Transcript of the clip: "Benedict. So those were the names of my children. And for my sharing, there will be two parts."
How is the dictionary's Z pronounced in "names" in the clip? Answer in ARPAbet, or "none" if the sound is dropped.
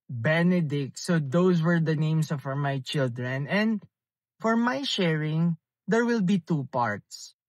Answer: S